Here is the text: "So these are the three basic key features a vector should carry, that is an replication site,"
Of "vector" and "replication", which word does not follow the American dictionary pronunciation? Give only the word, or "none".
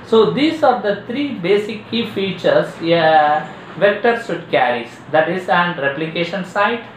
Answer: none